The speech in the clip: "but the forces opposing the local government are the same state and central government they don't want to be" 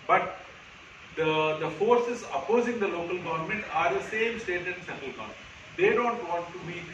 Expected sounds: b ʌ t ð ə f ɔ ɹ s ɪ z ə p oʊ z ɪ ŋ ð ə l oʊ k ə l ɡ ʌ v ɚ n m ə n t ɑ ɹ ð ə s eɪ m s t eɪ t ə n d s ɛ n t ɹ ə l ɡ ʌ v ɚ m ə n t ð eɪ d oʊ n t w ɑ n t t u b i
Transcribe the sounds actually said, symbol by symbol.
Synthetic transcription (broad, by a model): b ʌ t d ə f ɔ ɹ s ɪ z ə p oʊ z ɪ ŋ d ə l oʊ k ə l ɡ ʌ v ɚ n m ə n t ɑ ɹ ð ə s eɪ m s t eɪ t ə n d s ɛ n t ə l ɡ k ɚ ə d eɪ d oʊ n t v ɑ n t t u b i